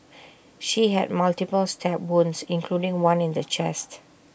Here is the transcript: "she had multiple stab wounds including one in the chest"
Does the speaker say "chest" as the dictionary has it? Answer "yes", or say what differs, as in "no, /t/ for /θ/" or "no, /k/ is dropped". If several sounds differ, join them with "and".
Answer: yes